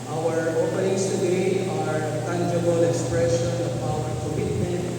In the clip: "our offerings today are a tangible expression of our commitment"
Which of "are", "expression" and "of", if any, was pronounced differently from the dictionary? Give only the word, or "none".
of